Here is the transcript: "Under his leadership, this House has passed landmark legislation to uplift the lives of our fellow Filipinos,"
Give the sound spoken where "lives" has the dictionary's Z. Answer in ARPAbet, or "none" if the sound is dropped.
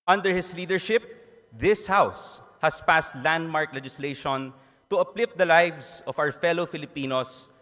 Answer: S